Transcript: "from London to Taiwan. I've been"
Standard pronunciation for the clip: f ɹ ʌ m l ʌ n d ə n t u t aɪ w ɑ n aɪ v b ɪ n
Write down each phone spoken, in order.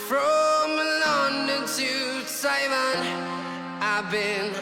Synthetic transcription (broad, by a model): f ɹ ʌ m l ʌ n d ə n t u s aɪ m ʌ n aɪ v b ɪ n